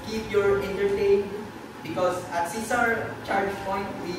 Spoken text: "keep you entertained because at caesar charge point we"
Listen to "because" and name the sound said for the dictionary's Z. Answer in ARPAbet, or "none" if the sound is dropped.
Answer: S